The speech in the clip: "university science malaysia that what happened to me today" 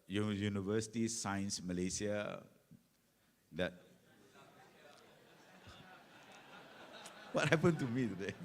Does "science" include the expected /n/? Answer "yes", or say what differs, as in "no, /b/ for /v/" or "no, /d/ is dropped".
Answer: yes